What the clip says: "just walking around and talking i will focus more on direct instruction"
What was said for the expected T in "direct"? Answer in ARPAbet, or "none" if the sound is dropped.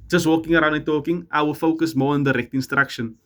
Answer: T